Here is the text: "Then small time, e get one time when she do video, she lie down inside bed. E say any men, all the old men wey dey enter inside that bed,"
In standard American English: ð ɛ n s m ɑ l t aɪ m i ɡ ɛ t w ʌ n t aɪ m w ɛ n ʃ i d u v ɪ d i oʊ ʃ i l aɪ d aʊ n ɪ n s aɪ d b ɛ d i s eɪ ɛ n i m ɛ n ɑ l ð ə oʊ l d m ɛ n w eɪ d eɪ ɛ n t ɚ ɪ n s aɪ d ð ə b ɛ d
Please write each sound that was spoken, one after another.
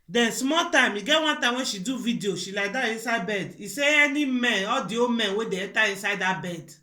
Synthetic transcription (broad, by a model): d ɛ n s m ɑ t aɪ m i ɡ ɛ t w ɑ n t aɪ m w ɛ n ʃ i d u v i d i oʊ ʃ i l aɪ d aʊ ɪ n s aɪ b ɛ d i s eɪ ɛ n i m ɛ n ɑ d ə oʊ m ɛ n w eɪ d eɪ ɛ t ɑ ɪ n s aɪ d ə b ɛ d